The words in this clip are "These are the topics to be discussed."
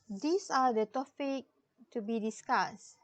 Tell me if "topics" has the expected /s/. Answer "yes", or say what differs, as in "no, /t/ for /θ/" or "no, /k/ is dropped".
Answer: no, /s/ is dropped